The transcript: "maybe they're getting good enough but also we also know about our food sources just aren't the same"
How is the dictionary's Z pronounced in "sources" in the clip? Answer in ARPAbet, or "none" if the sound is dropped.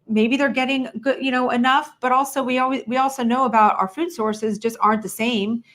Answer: Z